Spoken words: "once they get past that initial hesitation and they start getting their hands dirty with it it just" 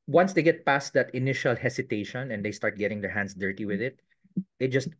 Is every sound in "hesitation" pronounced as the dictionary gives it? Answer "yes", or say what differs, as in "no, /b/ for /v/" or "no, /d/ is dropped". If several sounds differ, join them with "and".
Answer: no, /s/ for /z/